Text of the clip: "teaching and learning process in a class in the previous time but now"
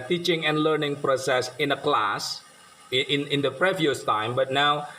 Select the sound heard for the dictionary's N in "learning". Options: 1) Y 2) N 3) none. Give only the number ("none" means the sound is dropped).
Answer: 2